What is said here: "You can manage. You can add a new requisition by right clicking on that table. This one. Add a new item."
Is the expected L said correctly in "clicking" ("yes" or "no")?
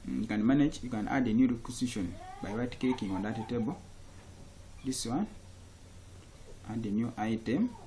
no